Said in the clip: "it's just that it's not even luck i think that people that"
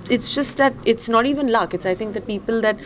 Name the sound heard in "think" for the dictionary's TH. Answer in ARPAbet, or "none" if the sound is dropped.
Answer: T